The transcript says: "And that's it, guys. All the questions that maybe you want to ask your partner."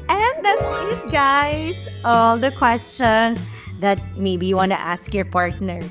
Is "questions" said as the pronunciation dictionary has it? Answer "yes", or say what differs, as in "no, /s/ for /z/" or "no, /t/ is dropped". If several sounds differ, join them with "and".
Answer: no, /s/ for /z/